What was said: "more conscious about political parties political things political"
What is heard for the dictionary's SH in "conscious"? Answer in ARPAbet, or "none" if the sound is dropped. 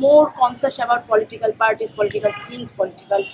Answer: S